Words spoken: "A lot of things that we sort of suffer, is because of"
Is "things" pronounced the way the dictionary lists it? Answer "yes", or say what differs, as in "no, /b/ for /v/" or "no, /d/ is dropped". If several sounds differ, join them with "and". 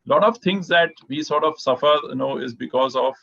no, /t/ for /θ/